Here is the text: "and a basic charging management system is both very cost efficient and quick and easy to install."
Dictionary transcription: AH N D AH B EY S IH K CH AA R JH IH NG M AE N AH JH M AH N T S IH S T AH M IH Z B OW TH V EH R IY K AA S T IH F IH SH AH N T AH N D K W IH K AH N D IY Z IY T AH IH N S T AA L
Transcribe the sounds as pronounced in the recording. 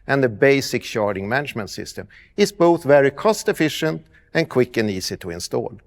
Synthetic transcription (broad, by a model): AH N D AH B EY S IH K SH AA R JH IH NG M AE N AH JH M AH N T S IH S T AH M IH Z B OW TH V EH R IY K AA S T IH F IH SH AH N T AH N K W IH K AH N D IY S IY T AH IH N S T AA L